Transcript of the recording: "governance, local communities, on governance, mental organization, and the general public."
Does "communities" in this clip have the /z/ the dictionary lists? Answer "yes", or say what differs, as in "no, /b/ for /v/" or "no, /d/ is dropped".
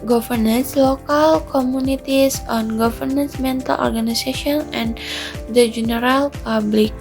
no, /s/ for /z/